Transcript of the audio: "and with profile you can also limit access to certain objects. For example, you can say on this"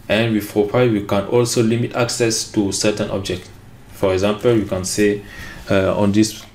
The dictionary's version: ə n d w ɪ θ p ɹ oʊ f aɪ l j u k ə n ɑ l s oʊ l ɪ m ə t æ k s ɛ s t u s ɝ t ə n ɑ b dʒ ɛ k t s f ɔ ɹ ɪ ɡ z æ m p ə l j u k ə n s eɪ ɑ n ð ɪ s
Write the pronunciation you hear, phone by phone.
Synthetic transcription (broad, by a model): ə n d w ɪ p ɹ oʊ p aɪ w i k ə n ɑ l s oʊ l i m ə t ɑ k s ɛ s t u s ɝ t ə n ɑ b dʒ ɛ k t f ɔ ɹ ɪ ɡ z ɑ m p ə l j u k ə n s eɪ ɑ n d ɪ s